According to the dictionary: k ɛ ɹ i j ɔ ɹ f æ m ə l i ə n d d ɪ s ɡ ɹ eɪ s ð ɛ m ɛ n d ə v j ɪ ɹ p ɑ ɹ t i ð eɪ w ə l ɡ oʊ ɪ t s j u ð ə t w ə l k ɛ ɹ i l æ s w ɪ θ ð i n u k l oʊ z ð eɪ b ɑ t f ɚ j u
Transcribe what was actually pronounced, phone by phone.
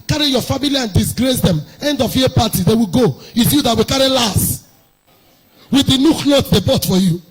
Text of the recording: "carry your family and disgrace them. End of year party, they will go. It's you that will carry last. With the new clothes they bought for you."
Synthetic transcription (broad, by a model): k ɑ ɹ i j ɔ f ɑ m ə l i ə n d d ɪ s ɡ ɹ eɪ s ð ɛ m ɛ n d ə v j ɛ p ɑ t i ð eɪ w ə ɡ oʊ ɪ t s j u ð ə t w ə k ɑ ɹ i l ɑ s w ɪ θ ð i n u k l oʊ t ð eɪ b ɑ t f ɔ j u